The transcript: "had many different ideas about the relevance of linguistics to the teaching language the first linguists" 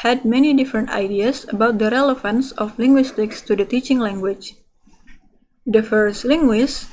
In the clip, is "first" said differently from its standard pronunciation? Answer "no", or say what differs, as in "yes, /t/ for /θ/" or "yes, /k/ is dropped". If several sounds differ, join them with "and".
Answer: no